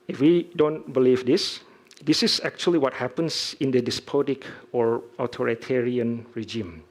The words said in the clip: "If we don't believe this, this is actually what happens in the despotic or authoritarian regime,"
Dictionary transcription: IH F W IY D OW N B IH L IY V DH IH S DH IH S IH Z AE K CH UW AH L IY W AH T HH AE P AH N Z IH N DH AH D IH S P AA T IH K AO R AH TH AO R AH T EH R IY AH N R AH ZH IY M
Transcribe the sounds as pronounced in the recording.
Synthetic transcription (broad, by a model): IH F W IY D OW N B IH L IY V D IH S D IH S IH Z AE K CH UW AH L IY W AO T HH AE P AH N S IH N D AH D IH S P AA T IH K AO R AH T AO R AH T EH R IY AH N R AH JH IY M